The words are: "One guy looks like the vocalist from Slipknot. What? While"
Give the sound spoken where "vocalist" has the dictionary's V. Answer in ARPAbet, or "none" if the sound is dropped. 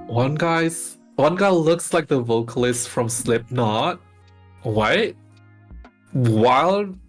V